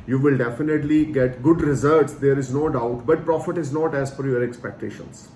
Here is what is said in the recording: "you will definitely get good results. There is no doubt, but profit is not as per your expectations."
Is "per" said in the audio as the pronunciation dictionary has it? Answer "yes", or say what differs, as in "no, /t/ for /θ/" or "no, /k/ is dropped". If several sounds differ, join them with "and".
no, /f/ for /p/